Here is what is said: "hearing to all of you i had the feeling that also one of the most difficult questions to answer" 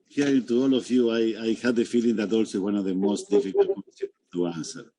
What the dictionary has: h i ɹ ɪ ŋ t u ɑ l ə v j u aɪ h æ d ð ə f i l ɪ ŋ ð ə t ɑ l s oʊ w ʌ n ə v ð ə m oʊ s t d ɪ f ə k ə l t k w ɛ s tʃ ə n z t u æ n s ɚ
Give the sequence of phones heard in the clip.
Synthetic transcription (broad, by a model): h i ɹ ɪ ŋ t u ɑ l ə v j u aɪ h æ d ð ə f i l ɪ ŋ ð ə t ɑ l s oʊ w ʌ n ə v ð ə m oʊ s t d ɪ f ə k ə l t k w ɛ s ə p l t u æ n s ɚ